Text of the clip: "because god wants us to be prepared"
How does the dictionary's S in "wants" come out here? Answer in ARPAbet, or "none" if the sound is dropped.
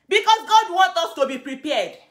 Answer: none